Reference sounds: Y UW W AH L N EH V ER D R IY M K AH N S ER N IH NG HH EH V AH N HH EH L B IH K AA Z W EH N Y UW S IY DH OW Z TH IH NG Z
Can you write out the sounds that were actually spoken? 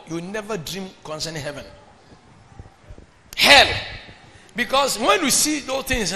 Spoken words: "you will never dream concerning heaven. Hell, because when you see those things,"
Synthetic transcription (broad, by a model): Y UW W N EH V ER D R IY M K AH N S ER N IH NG HH EH V AH N HH EH L B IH K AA S W EH N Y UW S IY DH OW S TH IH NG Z